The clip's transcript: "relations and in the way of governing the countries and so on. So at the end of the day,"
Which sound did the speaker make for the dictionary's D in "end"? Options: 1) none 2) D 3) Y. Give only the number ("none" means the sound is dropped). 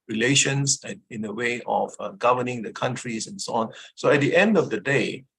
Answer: 2